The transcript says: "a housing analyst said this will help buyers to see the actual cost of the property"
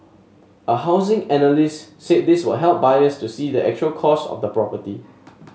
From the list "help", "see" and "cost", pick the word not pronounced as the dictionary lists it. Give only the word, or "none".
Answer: cost